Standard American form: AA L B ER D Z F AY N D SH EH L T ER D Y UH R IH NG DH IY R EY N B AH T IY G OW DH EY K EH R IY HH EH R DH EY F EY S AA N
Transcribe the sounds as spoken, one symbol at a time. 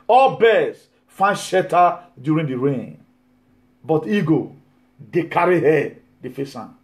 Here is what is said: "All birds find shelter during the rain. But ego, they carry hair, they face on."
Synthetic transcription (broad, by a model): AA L B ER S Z F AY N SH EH T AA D Y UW R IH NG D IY R EY N B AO T IY G OW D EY K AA R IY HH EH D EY F EY S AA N